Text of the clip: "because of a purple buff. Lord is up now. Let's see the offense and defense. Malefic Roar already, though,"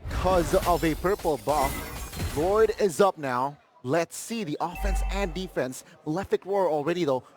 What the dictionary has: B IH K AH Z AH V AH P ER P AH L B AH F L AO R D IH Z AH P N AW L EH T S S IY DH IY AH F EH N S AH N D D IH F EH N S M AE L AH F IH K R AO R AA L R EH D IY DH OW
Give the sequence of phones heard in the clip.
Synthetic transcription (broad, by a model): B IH K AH Z AH V AH P ER P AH L B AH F L AO R D IH Z AH P N AW L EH T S S IY DH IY AH F EH N S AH N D D IH F EH N S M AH L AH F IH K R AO R AA L R EH D IY DH OW